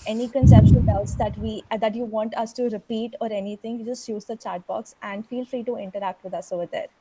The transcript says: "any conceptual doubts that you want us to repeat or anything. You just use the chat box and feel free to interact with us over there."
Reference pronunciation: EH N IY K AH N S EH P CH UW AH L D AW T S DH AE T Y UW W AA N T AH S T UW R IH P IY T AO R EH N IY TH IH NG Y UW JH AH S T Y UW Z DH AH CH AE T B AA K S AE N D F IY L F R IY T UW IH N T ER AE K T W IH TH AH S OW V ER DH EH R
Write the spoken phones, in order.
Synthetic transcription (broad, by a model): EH N IY K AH N S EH P SH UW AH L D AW T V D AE T Y UW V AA N T AH S T UW R IH P IY T AO R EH N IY T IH NG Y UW JH AH S T Y UW Z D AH CH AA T B AA K S AE N D F IY L F R IY T UW IH N T ER AE K T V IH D AH S OW V ER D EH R